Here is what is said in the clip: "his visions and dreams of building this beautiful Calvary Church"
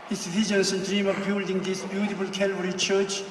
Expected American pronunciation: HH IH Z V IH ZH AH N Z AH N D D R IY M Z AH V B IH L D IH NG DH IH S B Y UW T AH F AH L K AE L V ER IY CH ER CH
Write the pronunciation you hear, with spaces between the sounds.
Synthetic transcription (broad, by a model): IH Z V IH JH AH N S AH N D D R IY M AH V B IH L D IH NG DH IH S B Y UW T AH F AH L K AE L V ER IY CH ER CH